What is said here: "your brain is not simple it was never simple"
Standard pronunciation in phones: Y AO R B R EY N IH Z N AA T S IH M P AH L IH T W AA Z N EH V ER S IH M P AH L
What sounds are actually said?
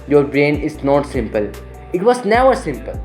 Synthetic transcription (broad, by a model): Y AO R B R EY N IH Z N AA T S IH M P AH L IH T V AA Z N EH V ER S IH M P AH L